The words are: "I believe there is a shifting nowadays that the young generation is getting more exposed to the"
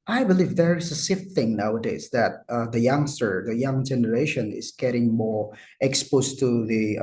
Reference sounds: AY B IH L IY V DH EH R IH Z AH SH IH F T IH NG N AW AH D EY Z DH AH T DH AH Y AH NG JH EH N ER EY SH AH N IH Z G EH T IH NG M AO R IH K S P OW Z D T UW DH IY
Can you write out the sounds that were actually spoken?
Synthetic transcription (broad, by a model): AY B IH L IY V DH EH R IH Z AH S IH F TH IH NG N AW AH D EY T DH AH T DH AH Y AH NG JH EH N ER EY SH AH N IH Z G EH T IH NG M AO R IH K S P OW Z T UW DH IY